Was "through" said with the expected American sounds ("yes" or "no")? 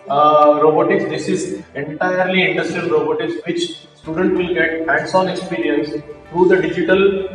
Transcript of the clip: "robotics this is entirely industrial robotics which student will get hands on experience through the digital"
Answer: no